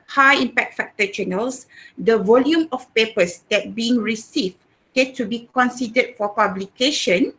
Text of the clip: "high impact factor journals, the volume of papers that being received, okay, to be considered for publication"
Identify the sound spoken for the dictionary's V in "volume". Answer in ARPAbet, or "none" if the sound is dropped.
V